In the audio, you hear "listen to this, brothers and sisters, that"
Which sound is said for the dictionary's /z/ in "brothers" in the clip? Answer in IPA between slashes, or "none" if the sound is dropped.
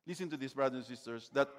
none